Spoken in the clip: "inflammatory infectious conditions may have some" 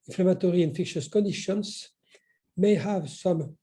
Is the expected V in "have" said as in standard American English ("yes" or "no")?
yes